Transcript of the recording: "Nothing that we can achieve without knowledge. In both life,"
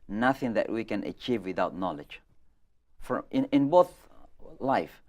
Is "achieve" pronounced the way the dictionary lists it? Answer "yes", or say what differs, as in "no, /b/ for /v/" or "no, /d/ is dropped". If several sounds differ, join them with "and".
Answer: yes